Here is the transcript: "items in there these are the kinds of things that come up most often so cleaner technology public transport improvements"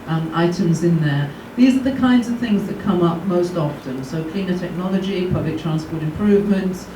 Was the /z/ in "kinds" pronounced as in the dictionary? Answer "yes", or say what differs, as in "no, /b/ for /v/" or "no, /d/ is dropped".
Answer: yes